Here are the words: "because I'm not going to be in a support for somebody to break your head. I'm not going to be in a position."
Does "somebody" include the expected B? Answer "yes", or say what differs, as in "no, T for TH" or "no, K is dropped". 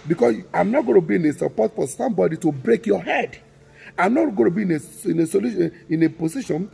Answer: yes